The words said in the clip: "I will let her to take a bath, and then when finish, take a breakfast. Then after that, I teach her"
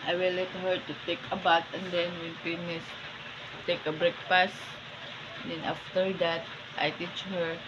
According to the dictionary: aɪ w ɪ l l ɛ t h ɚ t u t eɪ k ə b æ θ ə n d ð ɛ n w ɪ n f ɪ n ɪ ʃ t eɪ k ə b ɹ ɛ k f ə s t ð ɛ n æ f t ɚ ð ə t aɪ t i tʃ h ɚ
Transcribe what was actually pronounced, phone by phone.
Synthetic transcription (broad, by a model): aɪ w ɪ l l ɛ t h ɚ t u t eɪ k ə b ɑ t ə n d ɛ n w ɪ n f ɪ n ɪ s t eɪ k ə b ɹ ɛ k p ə s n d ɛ n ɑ f t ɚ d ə t aɪ t i tʃ h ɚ